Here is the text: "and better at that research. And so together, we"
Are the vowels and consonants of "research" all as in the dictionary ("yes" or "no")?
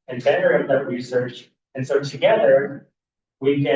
yes